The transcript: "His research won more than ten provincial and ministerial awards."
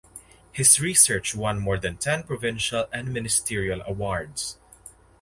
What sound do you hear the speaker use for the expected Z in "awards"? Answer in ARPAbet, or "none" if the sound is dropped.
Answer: S